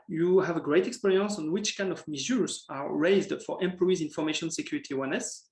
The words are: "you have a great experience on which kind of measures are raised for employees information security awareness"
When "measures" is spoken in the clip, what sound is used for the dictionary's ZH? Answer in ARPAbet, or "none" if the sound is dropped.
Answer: Z